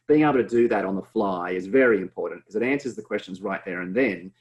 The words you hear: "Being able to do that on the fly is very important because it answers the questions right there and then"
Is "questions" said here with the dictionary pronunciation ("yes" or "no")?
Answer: yes